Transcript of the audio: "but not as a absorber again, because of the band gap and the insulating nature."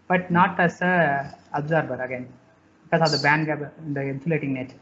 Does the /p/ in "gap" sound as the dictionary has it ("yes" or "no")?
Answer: no